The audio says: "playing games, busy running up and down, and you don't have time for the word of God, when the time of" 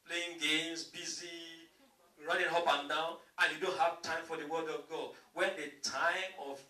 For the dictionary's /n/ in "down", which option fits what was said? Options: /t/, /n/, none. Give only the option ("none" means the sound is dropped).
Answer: /n/